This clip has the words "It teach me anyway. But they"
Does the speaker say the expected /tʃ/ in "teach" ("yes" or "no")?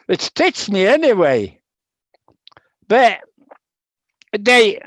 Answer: no